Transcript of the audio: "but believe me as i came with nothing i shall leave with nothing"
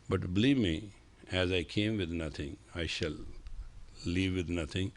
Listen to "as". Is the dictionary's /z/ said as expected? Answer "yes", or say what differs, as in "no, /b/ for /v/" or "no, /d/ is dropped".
yes